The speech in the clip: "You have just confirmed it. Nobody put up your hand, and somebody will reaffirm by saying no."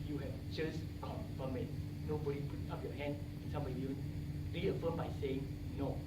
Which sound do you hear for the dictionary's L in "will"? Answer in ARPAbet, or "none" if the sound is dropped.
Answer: N